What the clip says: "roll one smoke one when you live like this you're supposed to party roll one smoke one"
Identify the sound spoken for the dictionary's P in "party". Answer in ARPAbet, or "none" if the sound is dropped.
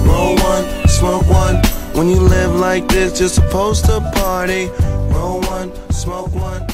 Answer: P